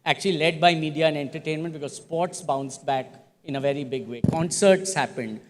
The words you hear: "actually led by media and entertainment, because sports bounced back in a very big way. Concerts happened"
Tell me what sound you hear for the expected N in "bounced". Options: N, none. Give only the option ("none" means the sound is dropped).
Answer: N